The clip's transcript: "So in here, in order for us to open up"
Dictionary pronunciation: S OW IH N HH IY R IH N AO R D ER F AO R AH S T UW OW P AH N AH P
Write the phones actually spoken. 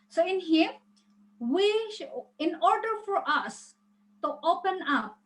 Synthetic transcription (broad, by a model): S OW IH N HH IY W IH N AO R D ER F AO R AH S T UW OW P AH N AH P